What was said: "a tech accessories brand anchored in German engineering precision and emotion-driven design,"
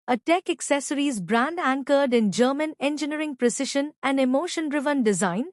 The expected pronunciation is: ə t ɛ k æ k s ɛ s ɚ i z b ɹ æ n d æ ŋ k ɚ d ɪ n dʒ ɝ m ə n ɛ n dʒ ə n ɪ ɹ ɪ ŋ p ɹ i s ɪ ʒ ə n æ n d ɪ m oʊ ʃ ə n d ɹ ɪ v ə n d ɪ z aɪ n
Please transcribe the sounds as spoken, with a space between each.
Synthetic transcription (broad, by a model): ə t ɛ k æ k s ɛ s ɚ i z b ɹ æ n d æ ŋ k ɚ d ɪ n dʒ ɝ m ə n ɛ n dʒ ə n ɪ ɹ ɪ ŋ p ɹ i s ɪ ʃ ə n æ n d ɪ m oʊ ʃ ə n d ɹ ɪ v ə n d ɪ z aɪ n